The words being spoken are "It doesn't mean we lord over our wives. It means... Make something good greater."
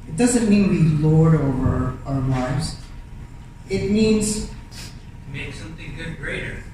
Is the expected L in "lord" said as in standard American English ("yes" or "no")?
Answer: yes